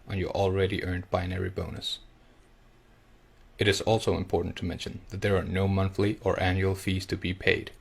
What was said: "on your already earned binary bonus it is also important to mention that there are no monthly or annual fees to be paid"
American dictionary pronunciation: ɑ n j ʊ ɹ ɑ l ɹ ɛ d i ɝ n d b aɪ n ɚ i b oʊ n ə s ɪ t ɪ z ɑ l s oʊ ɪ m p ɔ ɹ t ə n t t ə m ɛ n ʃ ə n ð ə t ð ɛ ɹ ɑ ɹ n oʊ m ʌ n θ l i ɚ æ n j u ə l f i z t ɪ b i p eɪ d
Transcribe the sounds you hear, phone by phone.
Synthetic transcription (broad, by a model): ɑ n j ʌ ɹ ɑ l ɹ ɛ d i ɝ n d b aɪ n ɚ i b oʊ n ə s ɪ t ɪ z ɑ l s oʊ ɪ m p ɔ ɹ t n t t ə m ɛ n ʃ ə n ð ə t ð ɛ ɹ ɑ ɹ n oʊ m ʌ n θ l i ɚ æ n j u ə l f i z t ɪ b i p eɪ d